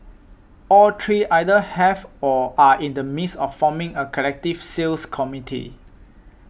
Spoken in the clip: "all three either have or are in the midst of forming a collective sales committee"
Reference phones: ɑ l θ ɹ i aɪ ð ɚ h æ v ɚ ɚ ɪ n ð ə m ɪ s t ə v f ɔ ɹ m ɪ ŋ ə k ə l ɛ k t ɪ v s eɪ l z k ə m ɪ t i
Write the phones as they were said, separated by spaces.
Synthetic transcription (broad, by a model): ɑ l t ɹ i aɪ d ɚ h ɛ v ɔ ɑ ɪ n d ə m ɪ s ə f ɔ m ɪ ŋ ə k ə l ɛ k t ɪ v s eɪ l s k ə m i t i